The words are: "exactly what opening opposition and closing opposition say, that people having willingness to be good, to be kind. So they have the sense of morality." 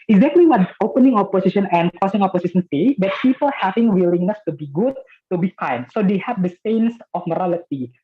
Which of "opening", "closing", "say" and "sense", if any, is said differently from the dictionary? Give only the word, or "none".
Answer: closing